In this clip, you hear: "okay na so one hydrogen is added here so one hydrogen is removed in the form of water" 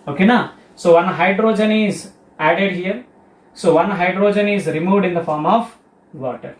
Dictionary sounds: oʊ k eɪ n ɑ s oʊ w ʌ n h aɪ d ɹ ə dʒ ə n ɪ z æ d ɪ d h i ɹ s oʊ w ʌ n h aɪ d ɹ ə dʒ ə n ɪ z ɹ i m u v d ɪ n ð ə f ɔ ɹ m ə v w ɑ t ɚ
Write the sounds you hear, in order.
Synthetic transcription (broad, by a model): oʊ k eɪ n ɑ s oʊ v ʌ n h aɪ d ɹ ə dʒ ə n ɪ z æ d ɪ d h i ɹ s oʊ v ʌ n h aɪ d ɹ ə dʒ ə n ɪ z ɹ i m u v d ɪ n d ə f ɔ ɹ m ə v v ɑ t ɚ